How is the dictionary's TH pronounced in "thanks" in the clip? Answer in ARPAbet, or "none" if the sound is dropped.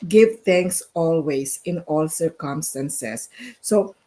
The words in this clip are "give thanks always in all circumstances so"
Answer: T